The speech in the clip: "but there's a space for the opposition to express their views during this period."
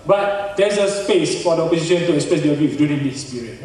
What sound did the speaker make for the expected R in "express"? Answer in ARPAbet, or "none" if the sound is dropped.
none